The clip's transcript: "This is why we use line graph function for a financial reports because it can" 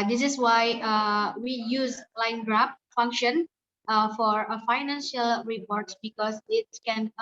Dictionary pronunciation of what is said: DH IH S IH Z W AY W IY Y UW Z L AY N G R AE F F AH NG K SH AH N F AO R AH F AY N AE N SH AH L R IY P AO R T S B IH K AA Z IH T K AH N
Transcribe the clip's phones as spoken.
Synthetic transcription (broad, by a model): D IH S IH S W AY W IY Y UW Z L AY N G R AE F F AH NG K SH AH N F AO R AH F AY N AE N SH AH L R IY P AO R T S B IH K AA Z IH T K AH N